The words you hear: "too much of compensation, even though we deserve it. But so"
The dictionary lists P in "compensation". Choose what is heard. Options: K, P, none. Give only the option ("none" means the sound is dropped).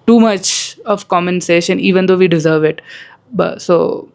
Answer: none